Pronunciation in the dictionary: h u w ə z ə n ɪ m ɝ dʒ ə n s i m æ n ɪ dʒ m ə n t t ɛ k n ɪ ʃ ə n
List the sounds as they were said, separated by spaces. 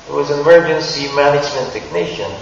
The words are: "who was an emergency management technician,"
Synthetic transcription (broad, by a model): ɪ w ə z ə n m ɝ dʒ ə n s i m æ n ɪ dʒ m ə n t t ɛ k n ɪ ʃ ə n